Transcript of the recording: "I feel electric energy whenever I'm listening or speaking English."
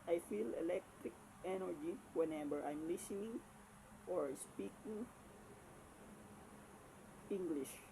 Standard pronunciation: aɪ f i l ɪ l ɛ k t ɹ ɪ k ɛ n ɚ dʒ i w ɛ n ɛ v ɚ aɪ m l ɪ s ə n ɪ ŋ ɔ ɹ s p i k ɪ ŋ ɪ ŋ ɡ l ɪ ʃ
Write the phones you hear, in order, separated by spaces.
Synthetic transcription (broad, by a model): aɪ f i l ɪ l ɛ k t ɹ ɪ k ɛ n ɚ dʒ i w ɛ n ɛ b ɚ aɪ m l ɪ s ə n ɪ ŋ ɔ ɹ s p i k ɪ ŋ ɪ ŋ ɡ l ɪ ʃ